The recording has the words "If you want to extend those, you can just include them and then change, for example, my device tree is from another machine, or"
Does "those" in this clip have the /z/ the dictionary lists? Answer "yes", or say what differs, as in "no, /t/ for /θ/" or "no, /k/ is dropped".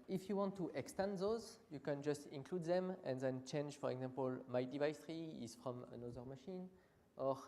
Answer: yes